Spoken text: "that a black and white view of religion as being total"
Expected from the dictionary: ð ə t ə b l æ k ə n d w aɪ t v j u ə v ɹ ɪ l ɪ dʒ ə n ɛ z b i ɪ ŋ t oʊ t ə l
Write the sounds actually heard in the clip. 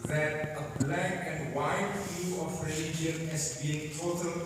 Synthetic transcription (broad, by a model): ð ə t ə b l æ k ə n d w aɪ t f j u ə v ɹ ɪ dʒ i ə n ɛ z b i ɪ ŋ t oʊ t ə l